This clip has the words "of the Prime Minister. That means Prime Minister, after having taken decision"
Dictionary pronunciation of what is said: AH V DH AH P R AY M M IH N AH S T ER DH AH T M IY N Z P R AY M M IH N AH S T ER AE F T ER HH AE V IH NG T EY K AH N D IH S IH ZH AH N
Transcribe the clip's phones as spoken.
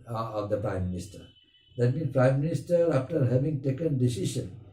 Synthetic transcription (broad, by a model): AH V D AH P R AY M M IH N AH S T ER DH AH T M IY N P R AY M M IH N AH S T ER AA F T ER HH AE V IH NG T EY K AH N D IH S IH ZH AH N